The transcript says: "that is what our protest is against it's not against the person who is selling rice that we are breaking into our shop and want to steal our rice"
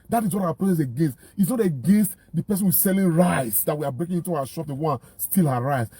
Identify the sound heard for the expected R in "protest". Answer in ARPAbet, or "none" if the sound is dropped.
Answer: L